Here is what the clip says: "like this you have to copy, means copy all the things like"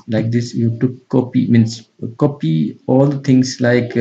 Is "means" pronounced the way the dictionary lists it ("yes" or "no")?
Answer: no